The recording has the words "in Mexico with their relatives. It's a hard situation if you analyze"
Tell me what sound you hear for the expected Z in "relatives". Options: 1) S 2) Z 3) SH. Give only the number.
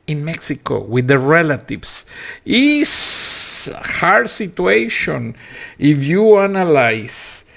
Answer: 1